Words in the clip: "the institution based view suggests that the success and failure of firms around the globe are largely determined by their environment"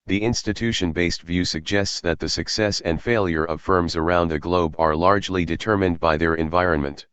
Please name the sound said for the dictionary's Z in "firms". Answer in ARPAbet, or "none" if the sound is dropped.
Z